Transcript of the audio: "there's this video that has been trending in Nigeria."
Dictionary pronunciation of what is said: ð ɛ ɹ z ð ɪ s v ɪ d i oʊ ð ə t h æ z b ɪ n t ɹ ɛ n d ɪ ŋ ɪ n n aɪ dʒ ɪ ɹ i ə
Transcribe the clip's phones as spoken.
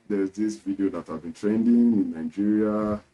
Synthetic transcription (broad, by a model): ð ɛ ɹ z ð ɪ s v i d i oʊ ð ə t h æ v b ɪ n t ɹ ɛ n d ɪ ŋ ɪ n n aɪ dʒ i ɹ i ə